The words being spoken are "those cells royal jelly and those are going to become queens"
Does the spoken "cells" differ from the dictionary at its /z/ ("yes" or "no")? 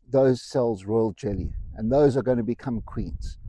no